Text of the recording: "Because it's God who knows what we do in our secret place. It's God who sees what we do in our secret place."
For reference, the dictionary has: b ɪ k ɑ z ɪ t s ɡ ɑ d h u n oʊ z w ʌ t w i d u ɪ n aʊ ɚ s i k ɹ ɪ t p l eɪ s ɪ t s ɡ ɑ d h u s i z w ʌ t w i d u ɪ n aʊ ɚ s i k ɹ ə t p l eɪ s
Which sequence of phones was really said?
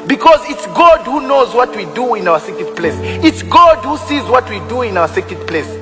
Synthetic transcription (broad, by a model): b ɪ k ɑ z ɪ t s ɡ ɑ d h u n oʊ z w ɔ t w i d u ɪ n aʊ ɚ s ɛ k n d p l eɪ s ɪ t s ɡ ɑ d h u s i z w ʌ t w i d u ɪ n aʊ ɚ s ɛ k ə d p l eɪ s